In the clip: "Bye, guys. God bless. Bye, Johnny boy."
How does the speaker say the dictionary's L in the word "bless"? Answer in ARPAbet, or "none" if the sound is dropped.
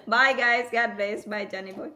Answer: none